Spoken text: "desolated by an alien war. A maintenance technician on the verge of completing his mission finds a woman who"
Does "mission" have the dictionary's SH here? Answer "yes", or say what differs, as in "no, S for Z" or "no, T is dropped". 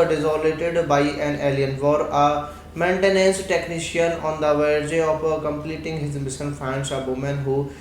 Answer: no, S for SH